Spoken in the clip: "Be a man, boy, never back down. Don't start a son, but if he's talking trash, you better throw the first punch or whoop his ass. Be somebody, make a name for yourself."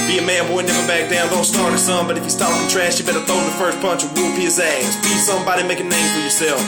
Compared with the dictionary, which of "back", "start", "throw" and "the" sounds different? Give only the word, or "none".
throw